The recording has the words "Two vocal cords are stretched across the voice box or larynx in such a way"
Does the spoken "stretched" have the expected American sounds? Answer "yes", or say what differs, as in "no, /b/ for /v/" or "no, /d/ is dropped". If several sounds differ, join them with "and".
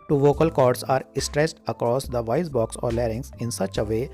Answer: no, /s/ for /tʃ/